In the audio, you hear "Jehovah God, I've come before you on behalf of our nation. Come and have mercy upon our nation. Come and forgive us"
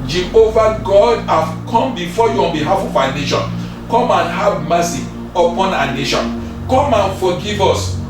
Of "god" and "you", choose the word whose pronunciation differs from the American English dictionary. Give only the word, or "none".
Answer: none